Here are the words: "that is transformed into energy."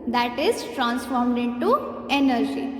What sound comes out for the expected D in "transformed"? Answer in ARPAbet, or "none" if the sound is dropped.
D